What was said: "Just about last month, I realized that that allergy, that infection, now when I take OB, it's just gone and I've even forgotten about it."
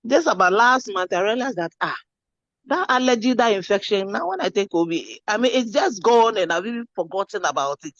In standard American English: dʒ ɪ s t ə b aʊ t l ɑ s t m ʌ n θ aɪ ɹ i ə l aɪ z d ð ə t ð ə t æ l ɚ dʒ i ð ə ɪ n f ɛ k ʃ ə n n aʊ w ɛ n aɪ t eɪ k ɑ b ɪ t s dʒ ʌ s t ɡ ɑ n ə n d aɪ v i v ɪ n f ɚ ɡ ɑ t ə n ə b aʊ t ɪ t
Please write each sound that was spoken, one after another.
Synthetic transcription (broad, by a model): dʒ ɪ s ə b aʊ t l ɑ s t m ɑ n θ aɪ ɹ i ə l aɪ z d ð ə t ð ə t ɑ l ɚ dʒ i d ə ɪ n f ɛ k ʃ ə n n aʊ w ɛ n aɪ t eɪ k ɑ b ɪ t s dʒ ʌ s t ɡ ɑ n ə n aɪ b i b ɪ f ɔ ɡ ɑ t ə n ə b aʊ t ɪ t